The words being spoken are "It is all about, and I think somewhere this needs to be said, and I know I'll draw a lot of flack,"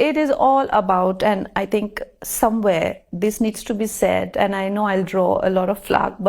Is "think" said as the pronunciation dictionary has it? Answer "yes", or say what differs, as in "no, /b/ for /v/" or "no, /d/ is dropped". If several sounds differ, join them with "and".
no, /t/ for /θ/